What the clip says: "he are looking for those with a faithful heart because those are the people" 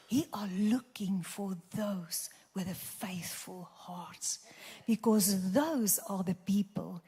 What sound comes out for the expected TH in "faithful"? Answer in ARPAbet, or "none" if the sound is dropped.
TH